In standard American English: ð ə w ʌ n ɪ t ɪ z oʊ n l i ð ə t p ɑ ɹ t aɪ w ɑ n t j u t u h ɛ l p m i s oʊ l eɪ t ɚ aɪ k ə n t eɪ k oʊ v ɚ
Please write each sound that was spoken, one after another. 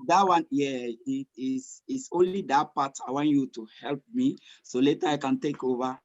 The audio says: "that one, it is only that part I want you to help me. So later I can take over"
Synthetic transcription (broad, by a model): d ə w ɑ n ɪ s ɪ s oʊ n l i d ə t p ɑ t aɪ w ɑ n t j u t u h ɛ l p m i s oʊ l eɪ t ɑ aɪ k ə n t eɪ k oʊ v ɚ